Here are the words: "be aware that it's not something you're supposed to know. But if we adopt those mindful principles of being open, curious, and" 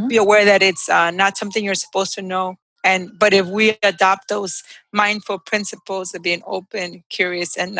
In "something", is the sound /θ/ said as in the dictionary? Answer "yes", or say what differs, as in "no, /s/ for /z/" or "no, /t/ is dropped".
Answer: yes